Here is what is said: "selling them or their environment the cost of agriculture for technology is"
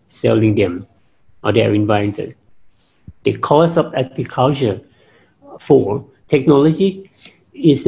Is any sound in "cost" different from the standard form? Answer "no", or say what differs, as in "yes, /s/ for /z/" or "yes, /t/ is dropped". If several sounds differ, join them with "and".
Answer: yes, /t/ is dropped